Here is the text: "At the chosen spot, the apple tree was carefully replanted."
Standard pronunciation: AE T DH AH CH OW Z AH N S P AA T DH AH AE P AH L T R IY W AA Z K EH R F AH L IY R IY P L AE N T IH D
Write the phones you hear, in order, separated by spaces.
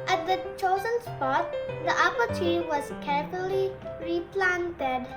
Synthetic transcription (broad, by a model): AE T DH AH CH OW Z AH N S P AA T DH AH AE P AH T IY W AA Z K EH R F AH L IY R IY P L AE N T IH D